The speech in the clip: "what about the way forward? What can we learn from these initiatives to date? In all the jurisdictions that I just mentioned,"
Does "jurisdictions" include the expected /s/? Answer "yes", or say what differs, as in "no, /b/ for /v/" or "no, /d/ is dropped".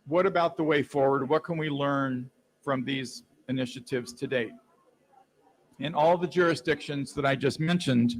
yes